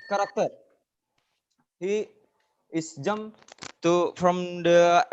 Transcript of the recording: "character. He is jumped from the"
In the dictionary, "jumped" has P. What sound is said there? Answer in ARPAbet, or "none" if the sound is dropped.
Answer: none